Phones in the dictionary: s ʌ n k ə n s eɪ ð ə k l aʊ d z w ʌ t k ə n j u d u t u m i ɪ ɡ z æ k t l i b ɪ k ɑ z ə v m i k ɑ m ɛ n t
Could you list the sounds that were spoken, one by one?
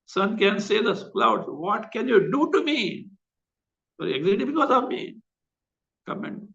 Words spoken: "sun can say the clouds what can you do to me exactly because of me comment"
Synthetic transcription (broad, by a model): s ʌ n k ə n s eɪ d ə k l aʊ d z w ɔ t k ə n j u d u t u m i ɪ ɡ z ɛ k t i b ɪ k ɑ z ə v m i k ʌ m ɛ n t